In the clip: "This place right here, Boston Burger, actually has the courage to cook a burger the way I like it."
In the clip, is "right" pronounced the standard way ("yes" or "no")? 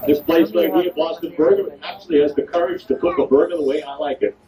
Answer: no